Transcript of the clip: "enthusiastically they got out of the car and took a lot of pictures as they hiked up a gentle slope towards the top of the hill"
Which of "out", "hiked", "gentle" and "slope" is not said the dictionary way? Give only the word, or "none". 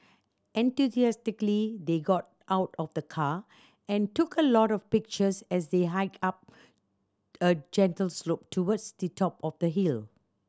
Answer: hiked